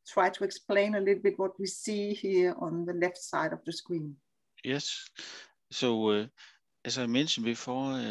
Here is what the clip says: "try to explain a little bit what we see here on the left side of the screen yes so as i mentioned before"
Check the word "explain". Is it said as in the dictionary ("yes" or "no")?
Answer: yes